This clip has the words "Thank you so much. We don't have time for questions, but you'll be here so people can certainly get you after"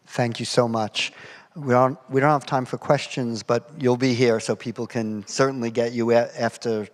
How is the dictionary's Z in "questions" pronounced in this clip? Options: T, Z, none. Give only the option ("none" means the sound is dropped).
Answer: Z